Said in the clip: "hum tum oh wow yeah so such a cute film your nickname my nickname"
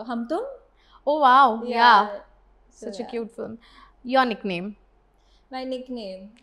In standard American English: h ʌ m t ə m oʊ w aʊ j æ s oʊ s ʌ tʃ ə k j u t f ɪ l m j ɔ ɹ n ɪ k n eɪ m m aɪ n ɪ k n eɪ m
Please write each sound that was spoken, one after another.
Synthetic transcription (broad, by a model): h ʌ m t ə oʊ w aʊ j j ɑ s ʌ tʃ ə k j u t f ɪ l m j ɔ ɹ n ɪ k n eɪ m m aɪ n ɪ k n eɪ m